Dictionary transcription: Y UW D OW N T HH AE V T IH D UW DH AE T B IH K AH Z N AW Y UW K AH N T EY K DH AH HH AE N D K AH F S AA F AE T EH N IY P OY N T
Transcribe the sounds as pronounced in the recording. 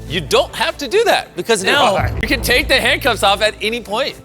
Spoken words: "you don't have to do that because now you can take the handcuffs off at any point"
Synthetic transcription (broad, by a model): Y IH D OW N T HH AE F T IH D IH DH AE T B IH K AH Z N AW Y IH K AH N T EY K DH AH HH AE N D K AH P S AA F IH T EH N IY P OY N T